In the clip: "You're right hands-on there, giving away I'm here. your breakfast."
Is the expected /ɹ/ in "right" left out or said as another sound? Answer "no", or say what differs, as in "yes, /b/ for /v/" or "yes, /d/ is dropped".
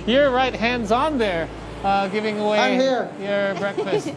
no